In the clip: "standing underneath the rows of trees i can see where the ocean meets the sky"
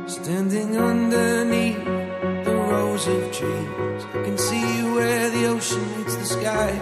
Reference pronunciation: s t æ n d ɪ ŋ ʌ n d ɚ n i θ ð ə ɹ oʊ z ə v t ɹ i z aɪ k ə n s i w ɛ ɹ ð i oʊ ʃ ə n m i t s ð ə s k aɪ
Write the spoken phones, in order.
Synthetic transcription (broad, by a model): s t æ n d ɪ ŋ ʌ n d ɚ n i θ ð ə ɹ oʊ z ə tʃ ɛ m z k ə n s i w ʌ ɹ ð i oʊ ʃ ə n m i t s ð ə s k aɪ